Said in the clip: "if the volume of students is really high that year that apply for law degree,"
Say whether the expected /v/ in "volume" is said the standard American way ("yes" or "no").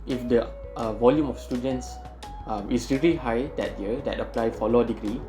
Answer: yes